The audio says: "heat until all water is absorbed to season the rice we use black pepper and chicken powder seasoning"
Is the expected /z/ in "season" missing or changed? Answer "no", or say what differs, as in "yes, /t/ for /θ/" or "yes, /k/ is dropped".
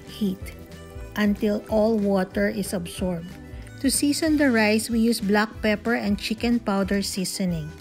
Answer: yes, /s/ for /z/